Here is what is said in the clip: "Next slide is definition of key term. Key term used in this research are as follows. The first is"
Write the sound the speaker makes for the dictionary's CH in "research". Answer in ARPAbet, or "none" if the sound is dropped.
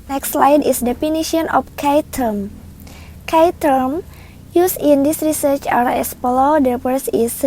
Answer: CH